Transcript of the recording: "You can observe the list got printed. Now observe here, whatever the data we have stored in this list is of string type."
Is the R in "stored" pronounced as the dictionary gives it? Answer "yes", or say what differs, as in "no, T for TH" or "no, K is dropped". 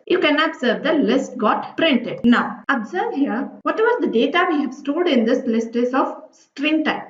no, L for R